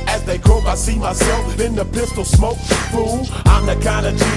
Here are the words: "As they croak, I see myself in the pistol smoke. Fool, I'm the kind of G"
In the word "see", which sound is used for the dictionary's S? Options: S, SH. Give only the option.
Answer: S